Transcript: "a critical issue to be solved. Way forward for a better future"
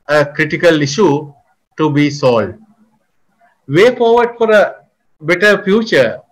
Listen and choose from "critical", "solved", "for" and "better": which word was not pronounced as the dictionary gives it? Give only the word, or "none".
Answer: solved